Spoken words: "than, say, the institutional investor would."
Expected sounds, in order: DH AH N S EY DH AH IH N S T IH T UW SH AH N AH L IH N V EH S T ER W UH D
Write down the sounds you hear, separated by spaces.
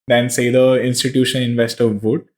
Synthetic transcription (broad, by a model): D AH N S EY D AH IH N S T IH T UW SH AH N IH N V EH S T ER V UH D